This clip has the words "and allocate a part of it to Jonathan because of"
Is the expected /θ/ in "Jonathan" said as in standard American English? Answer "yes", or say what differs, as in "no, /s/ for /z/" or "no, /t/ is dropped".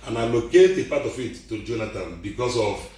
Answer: no, /t/ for /θ/